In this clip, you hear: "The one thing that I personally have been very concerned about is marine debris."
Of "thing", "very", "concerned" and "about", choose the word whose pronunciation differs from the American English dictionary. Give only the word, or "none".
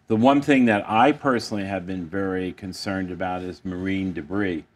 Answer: none